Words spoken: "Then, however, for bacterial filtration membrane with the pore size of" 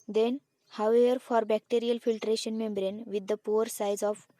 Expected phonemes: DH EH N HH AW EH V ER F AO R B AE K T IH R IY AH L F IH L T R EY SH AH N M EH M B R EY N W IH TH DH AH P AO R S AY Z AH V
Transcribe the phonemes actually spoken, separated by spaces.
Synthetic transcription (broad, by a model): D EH N HH AW EH V ER F AO R B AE K T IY R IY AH L F IH L T R EY SH AH N M EH M B R EY N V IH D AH P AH R S AY Z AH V